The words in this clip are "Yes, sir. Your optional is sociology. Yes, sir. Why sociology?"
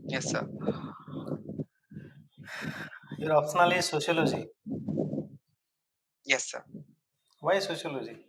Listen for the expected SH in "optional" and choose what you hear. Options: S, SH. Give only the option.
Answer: S